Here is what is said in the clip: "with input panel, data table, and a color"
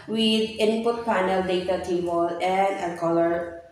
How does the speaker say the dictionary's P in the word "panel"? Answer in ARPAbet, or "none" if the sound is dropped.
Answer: F